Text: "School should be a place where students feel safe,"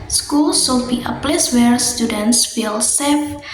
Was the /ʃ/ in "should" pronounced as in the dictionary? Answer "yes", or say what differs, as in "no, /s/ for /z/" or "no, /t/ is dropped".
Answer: no, /s/ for /ʃ/